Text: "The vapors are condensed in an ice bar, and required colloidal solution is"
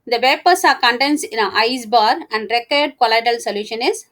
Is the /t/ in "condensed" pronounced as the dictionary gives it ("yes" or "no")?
no